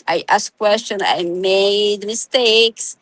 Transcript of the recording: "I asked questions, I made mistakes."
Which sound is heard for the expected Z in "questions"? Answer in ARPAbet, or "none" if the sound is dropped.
none